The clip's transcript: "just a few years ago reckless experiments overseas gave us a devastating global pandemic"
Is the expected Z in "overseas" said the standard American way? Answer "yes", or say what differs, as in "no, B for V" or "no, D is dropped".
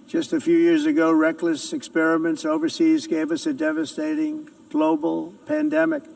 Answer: yes